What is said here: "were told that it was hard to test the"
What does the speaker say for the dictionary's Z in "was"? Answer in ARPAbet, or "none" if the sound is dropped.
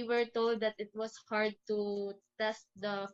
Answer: S